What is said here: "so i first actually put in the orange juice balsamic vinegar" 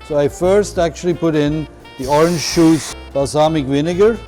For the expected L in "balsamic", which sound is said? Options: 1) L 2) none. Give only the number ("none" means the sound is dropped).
2